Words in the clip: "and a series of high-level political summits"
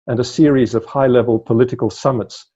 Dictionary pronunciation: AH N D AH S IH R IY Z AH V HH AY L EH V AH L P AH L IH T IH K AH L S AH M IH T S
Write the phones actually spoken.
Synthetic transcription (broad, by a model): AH N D AH S IH R IY Z AH V HH AY L EH V AH L P AH L IH T IH K AH L S AH M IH T S